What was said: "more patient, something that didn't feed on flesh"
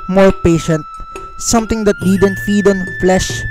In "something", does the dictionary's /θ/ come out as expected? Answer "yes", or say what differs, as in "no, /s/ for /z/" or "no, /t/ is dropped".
no, /t/ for /θ/